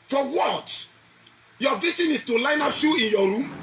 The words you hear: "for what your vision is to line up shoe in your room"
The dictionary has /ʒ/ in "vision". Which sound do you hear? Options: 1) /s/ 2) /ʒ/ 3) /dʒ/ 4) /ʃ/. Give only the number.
1